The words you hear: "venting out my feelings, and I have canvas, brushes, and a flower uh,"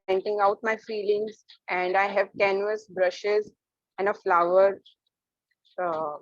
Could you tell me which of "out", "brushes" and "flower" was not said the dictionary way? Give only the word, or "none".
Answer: none